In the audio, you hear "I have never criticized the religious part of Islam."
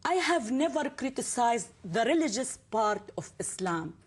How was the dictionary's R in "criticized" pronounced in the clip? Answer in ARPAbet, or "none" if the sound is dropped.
R